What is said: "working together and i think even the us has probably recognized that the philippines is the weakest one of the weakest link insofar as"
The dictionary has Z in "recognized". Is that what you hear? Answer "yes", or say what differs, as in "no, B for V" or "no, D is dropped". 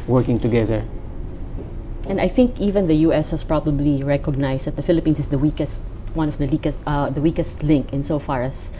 no, S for Z